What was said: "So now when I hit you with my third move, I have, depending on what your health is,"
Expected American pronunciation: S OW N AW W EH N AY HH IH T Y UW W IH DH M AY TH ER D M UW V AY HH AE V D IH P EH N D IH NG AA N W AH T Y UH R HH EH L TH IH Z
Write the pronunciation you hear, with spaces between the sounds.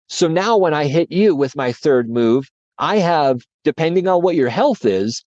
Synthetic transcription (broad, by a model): S OW N AW W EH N AY HH IH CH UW W IH DH M AY TH ER D M UW V AY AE V D IH P EH N D IH NG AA N W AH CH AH R HH EH L TH IH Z